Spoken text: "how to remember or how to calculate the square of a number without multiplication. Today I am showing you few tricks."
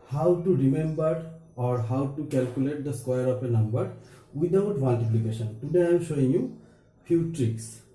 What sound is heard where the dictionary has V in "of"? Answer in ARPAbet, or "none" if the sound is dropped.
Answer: P